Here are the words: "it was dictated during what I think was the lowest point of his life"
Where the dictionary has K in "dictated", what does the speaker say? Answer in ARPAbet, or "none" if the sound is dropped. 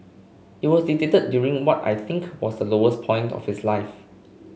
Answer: none